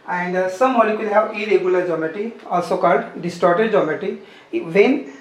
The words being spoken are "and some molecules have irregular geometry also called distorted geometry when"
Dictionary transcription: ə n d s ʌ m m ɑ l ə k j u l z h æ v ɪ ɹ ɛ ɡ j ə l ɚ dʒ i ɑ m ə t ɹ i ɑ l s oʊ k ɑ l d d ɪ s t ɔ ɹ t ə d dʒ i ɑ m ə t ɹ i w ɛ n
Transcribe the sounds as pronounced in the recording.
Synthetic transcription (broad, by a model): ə n d s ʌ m m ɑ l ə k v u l h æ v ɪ ɹ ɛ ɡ j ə l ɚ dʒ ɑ m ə t i ɑ l s oʊ k ɑ l d d ɪ s t ɔ ɹ t ə d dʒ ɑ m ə t i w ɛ n